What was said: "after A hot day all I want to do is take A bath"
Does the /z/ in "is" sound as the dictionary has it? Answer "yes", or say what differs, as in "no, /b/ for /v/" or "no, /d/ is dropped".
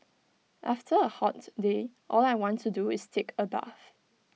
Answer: no, /s/ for /z/